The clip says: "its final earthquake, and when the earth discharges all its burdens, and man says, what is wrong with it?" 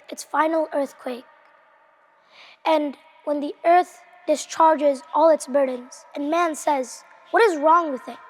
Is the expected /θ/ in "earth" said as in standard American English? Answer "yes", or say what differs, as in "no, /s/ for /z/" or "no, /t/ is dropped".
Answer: yes